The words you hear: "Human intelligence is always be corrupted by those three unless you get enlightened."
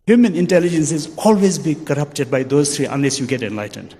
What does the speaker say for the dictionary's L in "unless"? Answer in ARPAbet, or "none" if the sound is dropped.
L